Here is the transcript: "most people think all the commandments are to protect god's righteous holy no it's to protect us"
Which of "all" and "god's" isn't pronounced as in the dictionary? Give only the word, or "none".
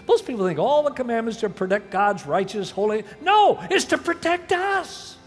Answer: none